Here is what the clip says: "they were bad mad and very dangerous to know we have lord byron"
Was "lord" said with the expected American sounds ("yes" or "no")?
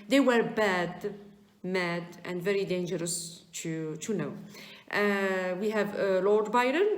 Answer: yes